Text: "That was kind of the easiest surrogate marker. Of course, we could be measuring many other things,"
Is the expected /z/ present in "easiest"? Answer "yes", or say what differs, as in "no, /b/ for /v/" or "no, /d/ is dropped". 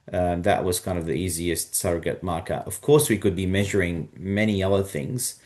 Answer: yes